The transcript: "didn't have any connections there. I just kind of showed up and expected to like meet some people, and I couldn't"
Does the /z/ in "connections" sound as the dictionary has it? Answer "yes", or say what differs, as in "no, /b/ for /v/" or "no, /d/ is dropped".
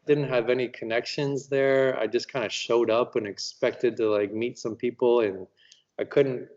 yes